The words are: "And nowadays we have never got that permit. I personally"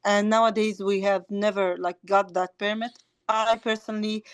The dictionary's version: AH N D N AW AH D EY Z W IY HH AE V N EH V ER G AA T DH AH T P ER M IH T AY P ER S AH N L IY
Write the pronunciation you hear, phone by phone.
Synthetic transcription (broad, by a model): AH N N AW AH D EY Z W IY HH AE V N EH V ER G AA T DH AH T P ER M IH T AY P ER S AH N L IY